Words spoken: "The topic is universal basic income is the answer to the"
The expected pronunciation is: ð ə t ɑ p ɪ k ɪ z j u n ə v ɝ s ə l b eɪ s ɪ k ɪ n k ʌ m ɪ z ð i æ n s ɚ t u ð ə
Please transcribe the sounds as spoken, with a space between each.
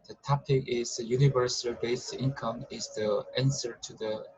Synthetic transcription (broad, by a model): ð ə t ɑ p ɪ k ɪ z j u n ə v ɝ s ə l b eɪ ɪ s ɪ n k ʌ m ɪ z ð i æ n s ɚ t u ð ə